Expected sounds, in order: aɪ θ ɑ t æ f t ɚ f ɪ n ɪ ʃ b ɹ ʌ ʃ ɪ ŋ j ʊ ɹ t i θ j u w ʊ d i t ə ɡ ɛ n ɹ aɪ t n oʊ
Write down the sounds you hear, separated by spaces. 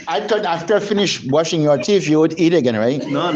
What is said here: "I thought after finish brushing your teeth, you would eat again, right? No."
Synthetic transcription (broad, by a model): aɪ t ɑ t æ f t ɚ f ɪ n ɪ ʃ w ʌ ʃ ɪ ŋ j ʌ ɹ t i f j u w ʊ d i t ə ɡ ɛ n ɹ aɪ t n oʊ